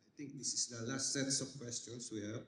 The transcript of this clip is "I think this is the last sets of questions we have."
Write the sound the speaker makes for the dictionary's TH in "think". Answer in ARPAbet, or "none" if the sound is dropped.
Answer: T